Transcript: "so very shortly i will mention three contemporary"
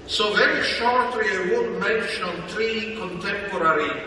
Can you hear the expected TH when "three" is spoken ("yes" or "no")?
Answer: no